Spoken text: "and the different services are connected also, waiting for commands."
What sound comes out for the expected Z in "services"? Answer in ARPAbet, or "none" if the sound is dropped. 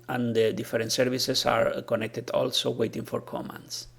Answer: S